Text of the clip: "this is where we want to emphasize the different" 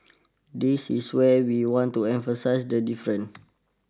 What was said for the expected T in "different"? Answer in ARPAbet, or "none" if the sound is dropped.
none